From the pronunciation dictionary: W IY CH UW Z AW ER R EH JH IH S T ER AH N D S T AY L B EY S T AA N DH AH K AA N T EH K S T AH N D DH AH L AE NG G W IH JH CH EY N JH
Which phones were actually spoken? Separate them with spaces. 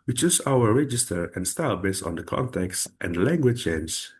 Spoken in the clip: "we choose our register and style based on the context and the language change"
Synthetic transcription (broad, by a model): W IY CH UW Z AW ER R EH JH IH S T ER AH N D S T AY L B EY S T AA N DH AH K AA N T EH K S T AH N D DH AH L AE NG G W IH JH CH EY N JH